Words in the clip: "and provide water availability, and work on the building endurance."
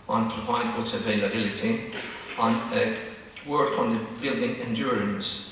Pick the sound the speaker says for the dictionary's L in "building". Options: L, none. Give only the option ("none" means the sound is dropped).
L